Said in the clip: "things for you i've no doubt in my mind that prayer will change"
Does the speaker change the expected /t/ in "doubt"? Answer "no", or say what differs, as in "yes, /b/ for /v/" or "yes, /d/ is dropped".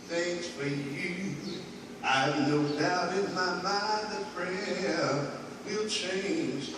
yes, /t/ is dropped